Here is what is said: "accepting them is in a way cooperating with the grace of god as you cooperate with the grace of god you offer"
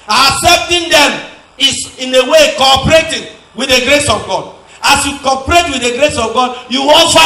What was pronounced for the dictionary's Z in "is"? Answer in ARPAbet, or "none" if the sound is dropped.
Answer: S